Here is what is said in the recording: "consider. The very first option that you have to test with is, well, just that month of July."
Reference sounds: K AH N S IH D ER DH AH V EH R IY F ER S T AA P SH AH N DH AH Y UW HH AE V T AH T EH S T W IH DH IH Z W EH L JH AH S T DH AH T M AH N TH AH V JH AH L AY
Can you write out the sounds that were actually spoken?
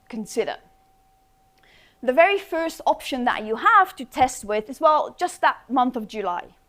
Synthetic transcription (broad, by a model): K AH N S IH D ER DH AH V EH R IY F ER S T AA P SH AH N DH AH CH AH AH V T AH T EH S T W IH DH IH Z W EH L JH AH S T DH AH T M AH N TH AH V JH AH L AY